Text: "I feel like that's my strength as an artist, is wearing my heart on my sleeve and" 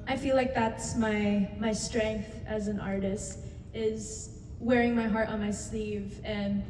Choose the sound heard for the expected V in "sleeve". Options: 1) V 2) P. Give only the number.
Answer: 1